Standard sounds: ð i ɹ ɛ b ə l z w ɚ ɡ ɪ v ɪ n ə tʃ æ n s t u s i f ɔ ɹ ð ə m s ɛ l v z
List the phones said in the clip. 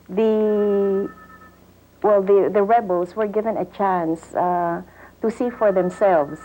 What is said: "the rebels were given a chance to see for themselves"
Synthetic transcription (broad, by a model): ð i w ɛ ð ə l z w ɚ ɡ ɪ v ɪ n ə tʃ æ n s t u s i f ɔ ɹ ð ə m s ɛ l v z